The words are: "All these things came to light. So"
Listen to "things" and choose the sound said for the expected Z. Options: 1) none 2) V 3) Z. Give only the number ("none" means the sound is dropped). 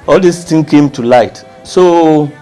1